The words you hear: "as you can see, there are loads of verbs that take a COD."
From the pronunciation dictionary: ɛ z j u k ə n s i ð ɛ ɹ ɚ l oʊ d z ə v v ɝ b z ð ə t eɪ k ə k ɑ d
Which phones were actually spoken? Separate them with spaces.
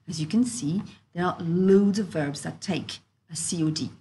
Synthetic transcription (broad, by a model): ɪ z j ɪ k ə n s i ð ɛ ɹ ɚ l oʊ d z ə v v ɝ b z ð ə t eɪ k ə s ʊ d